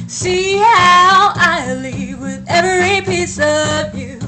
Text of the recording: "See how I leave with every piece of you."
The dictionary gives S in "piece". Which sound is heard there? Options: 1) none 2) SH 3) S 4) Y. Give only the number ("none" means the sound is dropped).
3